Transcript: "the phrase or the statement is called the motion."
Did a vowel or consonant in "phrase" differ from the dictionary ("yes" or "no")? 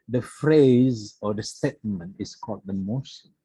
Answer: no